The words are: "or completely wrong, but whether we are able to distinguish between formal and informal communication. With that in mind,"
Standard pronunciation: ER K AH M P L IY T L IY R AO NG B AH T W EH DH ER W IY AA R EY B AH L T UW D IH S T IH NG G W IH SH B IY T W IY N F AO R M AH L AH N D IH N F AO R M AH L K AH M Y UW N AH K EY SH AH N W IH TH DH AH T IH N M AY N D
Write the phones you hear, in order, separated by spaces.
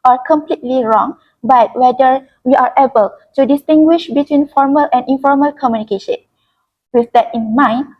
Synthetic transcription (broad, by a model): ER K AH M P L IY T L IY R AO NG B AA T W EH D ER W IY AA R EY B AH L T UW D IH S T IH NG G W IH SH B IY T W IY N F AO R M AH L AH N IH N F AO R M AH L K AH M Y UW N AH K EY SH AH N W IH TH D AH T IH N M AY N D